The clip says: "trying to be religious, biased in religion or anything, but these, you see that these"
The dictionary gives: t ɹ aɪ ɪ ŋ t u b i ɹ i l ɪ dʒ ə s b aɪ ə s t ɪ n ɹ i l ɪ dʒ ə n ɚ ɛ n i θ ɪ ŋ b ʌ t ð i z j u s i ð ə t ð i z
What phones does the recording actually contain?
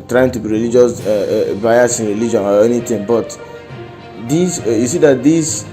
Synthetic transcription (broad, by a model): t ɹ aɪ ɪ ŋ t u b i ɹ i l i dʒ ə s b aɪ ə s ɪ n ɹ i l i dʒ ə n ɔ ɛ n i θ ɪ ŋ b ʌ t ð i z j u s i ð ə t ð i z